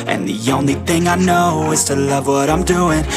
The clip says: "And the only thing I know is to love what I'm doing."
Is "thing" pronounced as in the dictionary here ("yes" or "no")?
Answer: yes